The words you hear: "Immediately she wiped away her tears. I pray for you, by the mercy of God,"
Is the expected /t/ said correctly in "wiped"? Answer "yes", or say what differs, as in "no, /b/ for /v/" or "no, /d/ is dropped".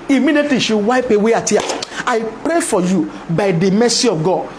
no, /t/ is dropped